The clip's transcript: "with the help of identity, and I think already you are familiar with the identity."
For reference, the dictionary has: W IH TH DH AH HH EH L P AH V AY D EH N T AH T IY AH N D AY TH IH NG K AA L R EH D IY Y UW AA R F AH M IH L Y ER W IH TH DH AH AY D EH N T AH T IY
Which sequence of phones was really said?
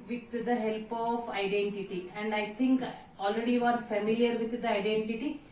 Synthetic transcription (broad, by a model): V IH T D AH HH EH L P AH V AY D EH N T AH T IY AH N D AY T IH NG K AA L R EH D IY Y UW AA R F AH M IH L Y ER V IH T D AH AY D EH N T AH T IY